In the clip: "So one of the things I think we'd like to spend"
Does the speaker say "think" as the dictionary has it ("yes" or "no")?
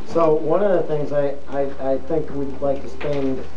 yes